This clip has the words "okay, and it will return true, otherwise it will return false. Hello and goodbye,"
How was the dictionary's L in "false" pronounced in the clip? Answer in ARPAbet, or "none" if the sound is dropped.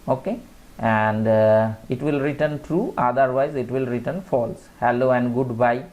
L